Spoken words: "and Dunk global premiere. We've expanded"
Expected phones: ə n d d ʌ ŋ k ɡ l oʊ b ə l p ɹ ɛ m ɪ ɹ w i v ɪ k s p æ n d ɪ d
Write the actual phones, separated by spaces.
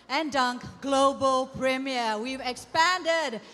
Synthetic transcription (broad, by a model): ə n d d ʌ ŋ k ɡ l oʊ b ə l p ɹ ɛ m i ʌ w i v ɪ k s p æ n d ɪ d